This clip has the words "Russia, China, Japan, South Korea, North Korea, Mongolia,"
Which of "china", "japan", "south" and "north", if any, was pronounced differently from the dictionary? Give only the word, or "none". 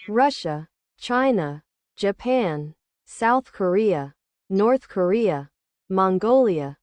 none